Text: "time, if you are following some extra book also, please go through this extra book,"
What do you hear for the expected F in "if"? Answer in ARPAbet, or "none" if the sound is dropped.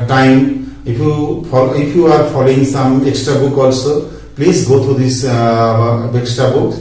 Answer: P